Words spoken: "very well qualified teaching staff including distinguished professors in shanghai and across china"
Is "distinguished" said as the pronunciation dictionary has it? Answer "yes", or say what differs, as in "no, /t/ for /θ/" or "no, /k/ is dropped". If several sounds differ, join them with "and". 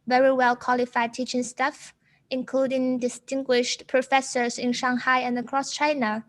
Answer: yes